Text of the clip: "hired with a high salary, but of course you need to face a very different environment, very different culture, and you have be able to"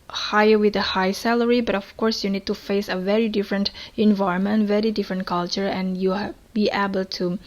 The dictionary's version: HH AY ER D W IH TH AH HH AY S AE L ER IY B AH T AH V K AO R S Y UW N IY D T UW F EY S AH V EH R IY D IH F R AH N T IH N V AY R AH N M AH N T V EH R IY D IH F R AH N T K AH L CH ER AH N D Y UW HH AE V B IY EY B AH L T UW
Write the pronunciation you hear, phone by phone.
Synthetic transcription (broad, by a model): HH AY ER W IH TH AH HH AY S AE L ER IY B AH T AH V K AO R S Y UW N IY D T UW F EY S AH V EH R IY D IH F R AH N T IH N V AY AH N M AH N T V EH R IY D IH F R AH N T K AH L CH ER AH N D Y UW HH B IY EY B AH L T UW